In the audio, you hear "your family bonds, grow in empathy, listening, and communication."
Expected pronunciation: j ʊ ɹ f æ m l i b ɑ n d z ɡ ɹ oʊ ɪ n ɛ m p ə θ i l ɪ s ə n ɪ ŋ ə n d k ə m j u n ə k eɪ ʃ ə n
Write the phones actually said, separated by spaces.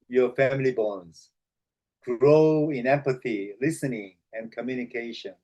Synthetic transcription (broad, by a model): j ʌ ɹ f æ m l i b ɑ n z ɡ ɹ oʊ ɪ n ɛ m p ə θ i l ɪ s ə n ɪ ŋ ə n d k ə m j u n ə k eɪ ʃ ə n